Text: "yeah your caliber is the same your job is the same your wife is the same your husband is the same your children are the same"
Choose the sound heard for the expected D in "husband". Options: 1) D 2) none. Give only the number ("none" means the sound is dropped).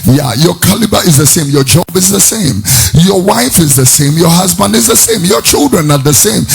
1